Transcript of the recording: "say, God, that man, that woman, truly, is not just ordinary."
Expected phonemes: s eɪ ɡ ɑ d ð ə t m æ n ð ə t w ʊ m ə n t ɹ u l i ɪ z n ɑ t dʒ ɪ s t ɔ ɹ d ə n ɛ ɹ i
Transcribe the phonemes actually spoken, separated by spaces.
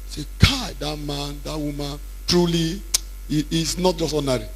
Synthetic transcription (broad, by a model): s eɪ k ɑ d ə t m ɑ n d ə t w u m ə n t ɹ u l i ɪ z n ɑ t dʒ ɪ s t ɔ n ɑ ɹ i